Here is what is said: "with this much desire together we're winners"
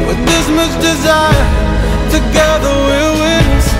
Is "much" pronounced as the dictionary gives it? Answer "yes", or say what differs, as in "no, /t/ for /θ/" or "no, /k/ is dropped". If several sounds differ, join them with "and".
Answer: no, /s/ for /tʃ/